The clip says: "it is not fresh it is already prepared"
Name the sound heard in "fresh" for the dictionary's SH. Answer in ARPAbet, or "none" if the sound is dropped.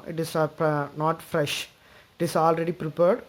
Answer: SH